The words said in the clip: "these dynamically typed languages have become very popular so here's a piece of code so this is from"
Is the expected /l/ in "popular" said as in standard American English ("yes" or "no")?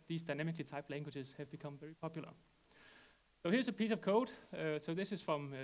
yes